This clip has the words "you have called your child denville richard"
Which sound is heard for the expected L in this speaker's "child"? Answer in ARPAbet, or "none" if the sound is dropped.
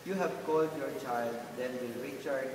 L